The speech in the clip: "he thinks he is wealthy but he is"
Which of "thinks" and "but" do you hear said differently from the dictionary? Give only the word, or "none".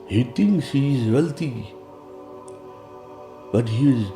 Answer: thinks